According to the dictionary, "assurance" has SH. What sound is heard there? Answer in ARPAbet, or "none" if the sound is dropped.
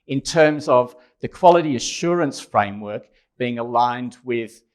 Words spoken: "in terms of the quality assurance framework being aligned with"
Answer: SH